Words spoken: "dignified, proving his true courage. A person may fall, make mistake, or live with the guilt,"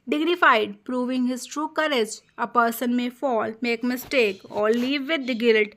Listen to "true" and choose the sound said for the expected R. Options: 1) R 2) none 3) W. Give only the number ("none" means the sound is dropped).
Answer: 1